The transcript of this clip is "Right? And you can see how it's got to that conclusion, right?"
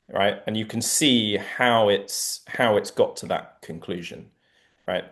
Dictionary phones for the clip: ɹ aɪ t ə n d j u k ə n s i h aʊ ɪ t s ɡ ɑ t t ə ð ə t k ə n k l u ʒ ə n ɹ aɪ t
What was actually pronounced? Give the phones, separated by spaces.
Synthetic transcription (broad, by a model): ɹ aɪ t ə n j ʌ k ə n s i h aʊ ɪ t s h ɑ t t ə ð ə t k ə n k l u ʒ ə n ɹ aɪ t